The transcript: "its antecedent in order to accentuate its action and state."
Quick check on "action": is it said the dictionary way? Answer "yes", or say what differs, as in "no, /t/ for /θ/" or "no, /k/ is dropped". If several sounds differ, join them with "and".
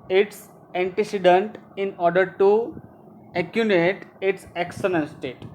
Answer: no, /s/ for /ʃ/